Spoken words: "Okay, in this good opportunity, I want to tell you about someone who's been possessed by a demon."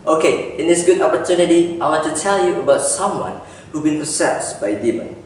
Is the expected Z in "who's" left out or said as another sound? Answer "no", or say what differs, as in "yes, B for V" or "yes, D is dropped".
yes, Z is dropped